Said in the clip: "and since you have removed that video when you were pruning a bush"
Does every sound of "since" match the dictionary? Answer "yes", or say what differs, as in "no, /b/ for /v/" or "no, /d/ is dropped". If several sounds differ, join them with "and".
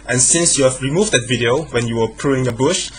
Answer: yes